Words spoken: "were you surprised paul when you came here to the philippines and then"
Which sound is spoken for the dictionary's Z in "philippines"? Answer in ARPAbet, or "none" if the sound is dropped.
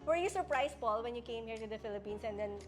S